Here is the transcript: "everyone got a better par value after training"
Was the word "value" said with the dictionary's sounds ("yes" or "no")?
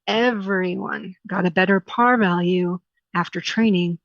yes